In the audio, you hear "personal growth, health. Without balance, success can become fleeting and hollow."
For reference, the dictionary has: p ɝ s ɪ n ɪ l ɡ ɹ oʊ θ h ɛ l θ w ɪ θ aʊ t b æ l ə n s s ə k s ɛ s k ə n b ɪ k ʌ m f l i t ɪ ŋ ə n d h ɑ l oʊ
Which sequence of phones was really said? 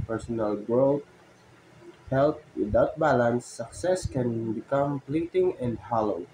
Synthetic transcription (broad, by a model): p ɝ s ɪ n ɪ l ɡ ɹ oʊ t h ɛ l t w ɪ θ aʊ t b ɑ l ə n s s ə k s ɛ s k ə n b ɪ k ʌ m p l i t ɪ ŋ ə n d h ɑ l oʊ